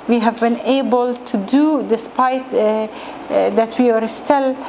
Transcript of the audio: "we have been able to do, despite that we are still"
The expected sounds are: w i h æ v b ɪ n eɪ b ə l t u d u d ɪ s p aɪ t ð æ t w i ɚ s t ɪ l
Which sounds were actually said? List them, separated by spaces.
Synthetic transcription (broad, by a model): w i h æ v b ɪ n eɪ b ə l t u d u d ɪ s p aɪ t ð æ t w i ɚ s t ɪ l